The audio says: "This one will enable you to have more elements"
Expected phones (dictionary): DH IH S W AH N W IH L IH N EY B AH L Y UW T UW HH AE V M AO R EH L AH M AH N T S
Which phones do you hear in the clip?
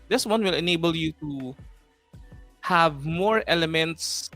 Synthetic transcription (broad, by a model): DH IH S W AH N W IH L IH N EY B AH L Y UW T UW HH AE V M AO R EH L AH M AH N T S